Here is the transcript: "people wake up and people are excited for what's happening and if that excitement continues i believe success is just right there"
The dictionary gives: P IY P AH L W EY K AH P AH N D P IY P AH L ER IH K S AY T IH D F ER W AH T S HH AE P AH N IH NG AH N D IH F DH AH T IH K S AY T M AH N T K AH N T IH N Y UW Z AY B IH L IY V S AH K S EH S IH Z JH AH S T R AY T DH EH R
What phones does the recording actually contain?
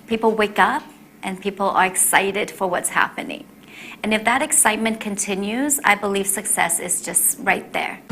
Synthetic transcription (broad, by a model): P IY P L W EY K AH P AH N P IY P L ER IH K S AY T IH D F ER W AH T S HH AE P AH N IH NG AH N IH F DH AH T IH K S AY T M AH N K AH N T IH N Y UW Z AY B IH L IY V S AH K S EH S IH Z JH AH S T R AY T DH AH R